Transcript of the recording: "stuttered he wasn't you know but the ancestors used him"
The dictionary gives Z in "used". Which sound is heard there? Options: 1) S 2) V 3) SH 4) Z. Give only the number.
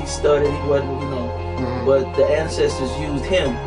4